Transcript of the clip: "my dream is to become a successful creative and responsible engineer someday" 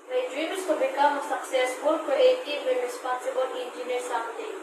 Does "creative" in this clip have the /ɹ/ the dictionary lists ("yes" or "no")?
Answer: no